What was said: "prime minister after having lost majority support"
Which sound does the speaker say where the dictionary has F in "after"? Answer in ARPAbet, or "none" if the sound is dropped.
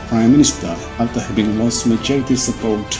none